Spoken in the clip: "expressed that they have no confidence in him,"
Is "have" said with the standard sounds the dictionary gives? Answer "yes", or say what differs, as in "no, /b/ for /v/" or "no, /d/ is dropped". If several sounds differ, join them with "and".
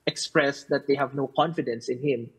yes